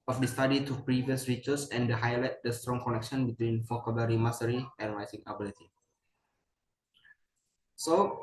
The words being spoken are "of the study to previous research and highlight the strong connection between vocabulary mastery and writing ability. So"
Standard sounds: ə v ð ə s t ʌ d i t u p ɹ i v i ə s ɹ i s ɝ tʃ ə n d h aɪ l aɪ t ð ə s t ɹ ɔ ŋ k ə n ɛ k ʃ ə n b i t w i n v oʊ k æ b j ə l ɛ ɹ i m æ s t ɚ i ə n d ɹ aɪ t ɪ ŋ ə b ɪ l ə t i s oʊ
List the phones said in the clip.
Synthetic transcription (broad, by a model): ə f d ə s t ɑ d i t u p ɹ i v i ə s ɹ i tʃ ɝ s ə n d h aɪ l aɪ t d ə s t ɹ ɔ ŋ k ə n ɛ k ʃ ə n b i t w i n f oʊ k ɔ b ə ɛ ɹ i m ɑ s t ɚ i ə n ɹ aɪ s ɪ ŋ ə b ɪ l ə t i s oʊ